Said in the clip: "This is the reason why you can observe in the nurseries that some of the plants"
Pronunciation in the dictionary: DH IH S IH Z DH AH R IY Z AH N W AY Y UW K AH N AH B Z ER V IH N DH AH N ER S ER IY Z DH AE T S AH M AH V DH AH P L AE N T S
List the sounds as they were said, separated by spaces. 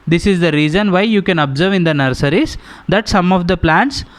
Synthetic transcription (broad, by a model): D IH S IH Z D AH R IY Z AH N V AY Y UW K AH N AH B Z ER V IH N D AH N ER S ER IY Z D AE T S AH M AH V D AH P L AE N T S